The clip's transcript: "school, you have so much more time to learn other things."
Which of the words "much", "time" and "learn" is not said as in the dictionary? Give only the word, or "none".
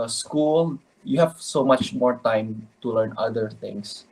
none